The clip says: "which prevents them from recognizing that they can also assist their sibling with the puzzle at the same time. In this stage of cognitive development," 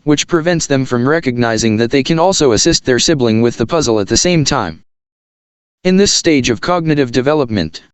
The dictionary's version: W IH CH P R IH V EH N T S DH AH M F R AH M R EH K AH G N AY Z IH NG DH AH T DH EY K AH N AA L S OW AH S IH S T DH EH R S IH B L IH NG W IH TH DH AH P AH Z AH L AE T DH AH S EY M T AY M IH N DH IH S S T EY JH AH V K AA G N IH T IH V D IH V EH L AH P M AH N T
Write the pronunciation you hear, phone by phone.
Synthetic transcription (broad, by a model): W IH CH P R IH V EH N T S DH AH M F R AH M R EH K AH G N AY Z IH NG DH AH T DH EY K AH N AA L S OW AH S IH S T DH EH R S IH B L IH NG W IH DH AH P AH Z L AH T DH AH S EY M T AY M IH N DH IH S S T EY JH AH V K AA G N IH T IH V D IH V EH L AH P M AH N T